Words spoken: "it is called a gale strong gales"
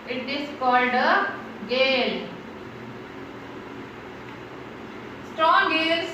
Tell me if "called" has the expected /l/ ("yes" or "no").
yes